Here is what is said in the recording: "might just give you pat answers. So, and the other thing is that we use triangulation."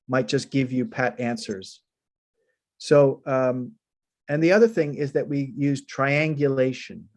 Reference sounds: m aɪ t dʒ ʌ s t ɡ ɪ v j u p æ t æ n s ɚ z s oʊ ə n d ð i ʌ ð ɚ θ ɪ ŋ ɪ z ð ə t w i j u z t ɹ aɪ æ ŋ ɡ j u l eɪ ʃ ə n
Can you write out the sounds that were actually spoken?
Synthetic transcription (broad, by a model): m aɪ t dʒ ʌ s ɡ ɪ v j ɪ p æ t æ n s ɚ z s oʊ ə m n ð i ʌ ð ɚ θ ɪ ŋ ɪ z ð ə t w i j u z t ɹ aɪ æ ŋ ɡ j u l eɪ ʃ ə n